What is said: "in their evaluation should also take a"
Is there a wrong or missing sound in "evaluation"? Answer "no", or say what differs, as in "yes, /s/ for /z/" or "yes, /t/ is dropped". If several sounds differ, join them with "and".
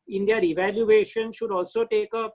no